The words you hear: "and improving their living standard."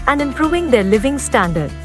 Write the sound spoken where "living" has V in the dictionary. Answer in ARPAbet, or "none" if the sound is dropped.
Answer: V